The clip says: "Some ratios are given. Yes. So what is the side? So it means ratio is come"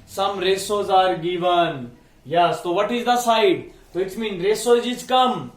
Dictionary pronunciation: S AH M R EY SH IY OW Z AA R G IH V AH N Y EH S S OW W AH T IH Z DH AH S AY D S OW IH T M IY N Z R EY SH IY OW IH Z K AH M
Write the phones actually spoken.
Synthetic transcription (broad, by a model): S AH M R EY S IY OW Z AA R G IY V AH N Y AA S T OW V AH T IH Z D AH S AY D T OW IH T M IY N R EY S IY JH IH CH K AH M